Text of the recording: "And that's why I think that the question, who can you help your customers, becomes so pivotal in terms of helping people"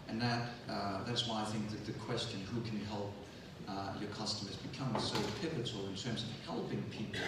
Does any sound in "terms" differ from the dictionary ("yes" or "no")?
no